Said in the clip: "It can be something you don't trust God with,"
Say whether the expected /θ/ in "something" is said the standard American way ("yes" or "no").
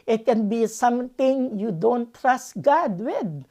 no